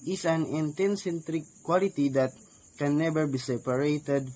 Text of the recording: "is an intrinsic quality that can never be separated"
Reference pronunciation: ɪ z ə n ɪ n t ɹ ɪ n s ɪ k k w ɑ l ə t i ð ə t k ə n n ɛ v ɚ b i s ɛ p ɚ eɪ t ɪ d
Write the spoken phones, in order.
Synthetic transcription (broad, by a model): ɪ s ə n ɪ n t ɛ n s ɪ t k w ɑ l ə t i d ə t k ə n n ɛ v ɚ b i s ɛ p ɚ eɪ t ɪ d